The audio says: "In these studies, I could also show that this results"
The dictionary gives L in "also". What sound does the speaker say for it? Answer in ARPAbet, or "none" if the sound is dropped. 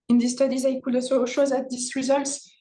none